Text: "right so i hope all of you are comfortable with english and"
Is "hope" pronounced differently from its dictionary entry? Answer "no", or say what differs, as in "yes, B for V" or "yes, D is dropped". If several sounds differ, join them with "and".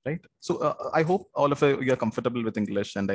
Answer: no